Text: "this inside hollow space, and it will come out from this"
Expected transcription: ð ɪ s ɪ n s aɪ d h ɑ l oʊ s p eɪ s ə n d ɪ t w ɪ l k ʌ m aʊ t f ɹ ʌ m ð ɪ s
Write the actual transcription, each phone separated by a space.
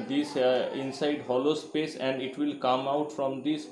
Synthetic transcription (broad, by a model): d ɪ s ɪ n s aɪ d h ɑ l oʊ s p eɪ s ə n d ɪ t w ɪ l k ʌ m aʊ t f ɹ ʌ m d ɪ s